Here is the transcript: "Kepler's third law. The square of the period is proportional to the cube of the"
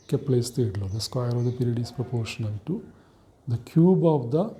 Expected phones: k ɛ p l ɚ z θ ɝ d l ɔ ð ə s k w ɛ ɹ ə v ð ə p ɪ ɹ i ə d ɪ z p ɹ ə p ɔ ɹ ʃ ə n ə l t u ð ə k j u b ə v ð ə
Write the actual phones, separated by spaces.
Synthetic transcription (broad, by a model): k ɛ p l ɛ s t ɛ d l ɔ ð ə s k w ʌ ɹ ə v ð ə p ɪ ɹ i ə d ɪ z p ɹ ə p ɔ ɹ ʃ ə n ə n t u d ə k j u b ə v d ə